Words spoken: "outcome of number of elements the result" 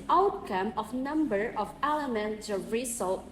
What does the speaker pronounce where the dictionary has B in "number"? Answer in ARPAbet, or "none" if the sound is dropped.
B